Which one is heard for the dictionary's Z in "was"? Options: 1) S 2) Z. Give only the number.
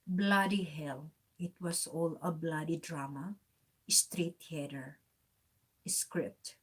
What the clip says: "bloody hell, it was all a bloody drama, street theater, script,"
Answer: 1